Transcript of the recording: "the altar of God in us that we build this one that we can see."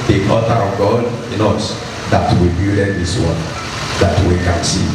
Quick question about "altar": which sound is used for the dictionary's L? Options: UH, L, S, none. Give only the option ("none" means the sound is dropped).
none